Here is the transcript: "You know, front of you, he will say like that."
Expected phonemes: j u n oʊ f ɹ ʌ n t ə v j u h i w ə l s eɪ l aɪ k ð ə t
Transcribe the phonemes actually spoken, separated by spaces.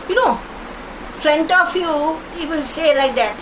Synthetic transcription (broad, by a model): j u n oʊ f l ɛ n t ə f j u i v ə n s eɪ l aɪ k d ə t